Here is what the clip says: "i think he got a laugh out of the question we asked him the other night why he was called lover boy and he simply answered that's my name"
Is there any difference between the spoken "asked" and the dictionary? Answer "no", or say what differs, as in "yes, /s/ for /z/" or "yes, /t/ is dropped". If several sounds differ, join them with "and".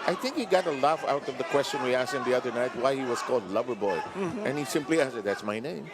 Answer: yes, /t/ is dropped